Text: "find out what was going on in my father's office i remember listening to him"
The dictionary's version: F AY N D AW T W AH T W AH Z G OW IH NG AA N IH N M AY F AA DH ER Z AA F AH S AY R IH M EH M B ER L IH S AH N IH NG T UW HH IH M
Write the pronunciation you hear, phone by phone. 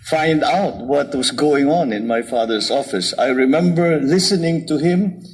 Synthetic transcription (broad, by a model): F AY N D AW T W AH T W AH S G OW IH NG AA N IH N M AY F AA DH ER S AA F AH S AY R IH M EH M B ER L IH S AH N IH NG T UW HH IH M